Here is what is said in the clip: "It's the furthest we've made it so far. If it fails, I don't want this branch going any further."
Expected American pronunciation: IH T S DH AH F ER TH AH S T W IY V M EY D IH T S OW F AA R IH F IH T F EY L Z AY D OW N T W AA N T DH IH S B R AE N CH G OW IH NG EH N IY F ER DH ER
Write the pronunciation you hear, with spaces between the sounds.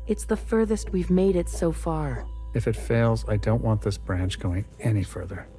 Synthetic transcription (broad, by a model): IH T S DH AH F ER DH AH S T W IY V M EY D IH T S OW F AA R IH F IH T F EY L Z AY D OW N T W AA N DH IH S B R AE N CH G OW IH NG EH N IY F ER DH ER